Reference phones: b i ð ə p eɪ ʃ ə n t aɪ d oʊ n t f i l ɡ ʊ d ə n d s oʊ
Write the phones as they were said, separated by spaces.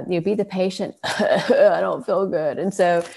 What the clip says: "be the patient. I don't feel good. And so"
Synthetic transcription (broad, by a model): b i ð ə p eɪ ʃ ə n t aɪ d oʊ n t f i l ɡ ʊ d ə n s oʊ